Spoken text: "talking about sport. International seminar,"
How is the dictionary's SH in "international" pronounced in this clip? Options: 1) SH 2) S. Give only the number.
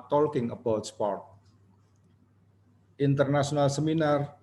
2